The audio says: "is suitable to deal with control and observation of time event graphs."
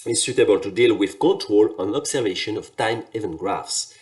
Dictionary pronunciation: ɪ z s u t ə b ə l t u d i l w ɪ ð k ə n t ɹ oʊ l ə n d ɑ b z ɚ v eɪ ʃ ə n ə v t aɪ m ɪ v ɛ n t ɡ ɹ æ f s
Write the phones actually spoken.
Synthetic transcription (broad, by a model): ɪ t s u t ə b ə l t u d i l w ɪ ð k ə n t ɹ oʊ l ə n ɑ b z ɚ v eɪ ʃ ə n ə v t aɪ m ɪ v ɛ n ɡ ɹ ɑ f s